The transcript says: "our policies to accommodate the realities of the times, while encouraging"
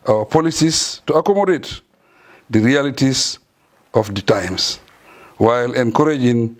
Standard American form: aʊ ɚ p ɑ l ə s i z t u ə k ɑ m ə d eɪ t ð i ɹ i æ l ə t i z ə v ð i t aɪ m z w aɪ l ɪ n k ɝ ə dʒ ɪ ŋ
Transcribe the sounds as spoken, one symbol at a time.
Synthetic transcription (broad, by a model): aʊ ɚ p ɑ l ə s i s t u ə k ɑ m ə d eɪ t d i ɹ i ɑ l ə t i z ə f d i t aɪ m s w aɪ l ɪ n k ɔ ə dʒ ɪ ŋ